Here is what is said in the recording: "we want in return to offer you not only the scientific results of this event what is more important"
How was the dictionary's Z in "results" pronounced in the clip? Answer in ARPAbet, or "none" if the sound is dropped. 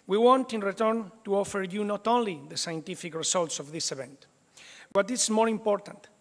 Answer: S